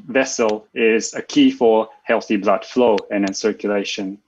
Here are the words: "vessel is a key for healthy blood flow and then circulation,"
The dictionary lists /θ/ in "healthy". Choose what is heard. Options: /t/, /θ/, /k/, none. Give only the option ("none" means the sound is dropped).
/θ/